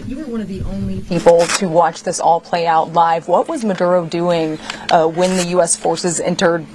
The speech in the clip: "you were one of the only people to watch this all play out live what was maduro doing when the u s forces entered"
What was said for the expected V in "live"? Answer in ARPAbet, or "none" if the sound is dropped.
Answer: V